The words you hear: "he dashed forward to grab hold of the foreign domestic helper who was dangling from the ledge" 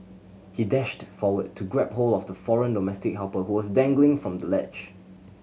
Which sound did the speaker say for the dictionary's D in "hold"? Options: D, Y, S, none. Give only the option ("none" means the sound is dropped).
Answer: none